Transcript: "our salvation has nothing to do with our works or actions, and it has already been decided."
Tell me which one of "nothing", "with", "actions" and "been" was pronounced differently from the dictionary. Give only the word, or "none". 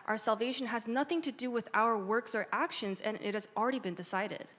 none